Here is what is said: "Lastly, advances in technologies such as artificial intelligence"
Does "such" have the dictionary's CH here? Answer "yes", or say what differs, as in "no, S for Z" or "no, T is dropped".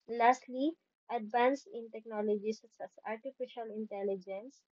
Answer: no, S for CH